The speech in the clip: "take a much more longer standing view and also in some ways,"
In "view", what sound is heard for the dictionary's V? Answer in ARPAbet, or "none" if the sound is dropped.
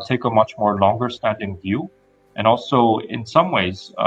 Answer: V